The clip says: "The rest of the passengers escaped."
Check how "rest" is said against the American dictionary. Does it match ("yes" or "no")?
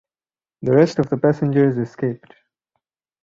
yes